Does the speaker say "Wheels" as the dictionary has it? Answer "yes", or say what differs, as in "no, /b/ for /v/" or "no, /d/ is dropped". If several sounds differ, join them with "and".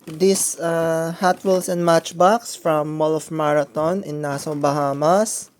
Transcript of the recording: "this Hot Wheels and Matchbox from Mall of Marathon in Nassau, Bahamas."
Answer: no, /s/ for /z/